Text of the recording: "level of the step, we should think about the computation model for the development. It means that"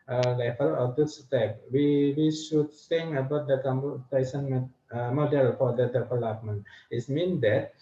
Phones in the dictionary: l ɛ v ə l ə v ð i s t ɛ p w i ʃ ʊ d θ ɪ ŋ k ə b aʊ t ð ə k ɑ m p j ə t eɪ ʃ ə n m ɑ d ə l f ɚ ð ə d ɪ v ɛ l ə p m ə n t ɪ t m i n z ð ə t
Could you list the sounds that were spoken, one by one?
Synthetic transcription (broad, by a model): l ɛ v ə l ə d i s t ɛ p w i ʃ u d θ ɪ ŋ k ə b aʊ t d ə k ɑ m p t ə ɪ s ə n m ɑ d ə l f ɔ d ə d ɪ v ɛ l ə p m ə n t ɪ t m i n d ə t